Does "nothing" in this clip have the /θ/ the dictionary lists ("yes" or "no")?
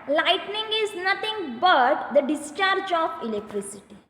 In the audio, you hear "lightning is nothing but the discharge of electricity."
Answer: no